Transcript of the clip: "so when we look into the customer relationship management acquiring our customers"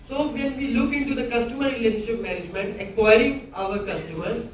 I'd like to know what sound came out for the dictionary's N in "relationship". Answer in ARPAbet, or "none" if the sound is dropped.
none